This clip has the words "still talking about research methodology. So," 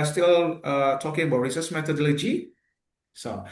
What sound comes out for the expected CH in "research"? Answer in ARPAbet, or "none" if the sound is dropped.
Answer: S